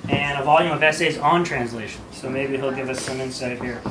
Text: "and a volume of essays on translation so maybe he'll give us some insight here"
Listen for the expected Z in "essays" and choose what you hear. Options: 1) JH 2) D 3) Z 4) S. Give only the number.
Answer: 3